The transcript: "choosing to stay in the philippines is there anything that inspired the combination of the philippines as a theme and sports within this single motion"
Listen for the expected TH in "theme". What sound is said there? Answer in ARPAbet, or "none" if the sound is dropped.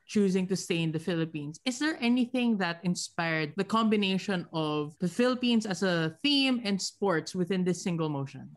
TH